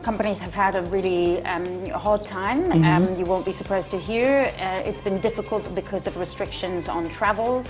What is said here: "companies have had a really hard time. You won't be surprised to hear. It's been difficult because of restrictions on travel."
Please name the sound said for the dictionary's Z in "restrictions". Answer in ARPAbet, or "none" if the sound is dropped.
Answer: Z